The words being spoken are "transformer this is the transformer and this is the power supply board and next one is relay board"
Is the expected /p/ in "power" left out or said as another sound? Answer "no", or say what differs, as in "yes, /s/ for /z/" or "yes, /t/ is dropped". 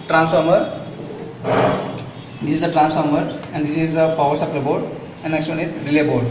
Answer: no